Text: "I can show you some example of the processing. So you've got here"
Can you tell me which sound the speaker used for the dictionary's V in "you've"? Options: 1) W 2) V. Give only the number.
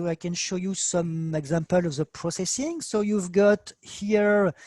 2